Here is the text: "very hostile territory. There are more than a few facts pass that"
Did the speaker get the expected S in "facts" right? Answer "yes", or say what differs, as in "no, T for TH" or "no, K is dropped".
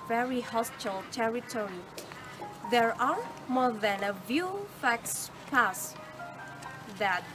yes